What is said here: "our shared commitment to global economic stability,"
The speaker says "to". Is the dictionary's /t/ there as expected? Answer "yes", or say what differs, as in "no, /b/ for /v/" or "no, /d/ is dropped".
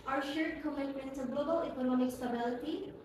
no, /s/ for /t/